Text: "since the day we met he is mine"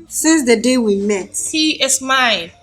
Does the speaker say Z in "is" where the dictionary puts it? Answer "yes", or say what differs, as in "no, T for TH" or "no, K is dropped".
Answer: no, S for Z